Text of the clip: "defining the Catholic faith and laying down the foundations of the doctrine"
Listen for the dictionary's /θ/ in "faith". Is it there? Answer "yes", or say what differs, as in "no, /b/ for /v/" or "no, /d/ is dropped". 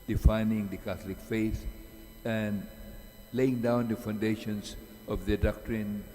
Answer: no, /s/ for /θ/